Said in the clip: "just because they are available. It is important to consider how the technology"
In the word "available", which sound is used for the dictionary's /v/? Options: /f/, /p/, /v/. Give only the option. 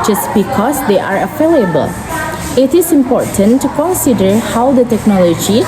/f/